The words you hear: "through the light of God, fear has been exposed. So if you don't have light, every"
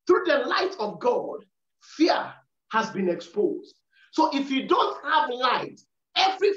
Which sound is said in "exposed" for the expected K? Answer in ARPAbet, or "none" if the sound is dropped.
K